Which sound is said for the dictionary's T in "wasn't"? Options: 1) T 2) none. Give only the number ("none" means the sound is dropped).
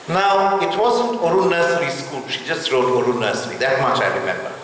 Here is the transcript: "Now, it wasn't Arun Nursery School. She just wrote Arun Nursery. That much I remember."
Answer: 1